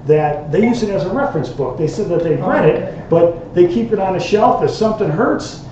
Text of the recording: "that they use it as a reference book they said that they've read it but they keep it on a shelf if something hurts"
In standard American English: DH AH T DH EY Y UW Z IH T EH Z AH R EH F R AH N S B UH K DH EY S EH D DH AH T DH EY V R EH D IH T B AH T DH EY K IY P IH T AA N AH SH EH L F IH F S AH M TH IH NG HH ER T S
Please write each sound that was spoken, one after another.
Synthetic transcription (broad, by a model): DH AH T DH EY Y UW Z IH T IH Z AH R EH F R AH N S B UH K DH EY S EH D DH AH T DH EY V R EH D IH T B AH T DH EY K IY P IH T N AH SH EH L F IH S AH M TH IH NG HH ER T S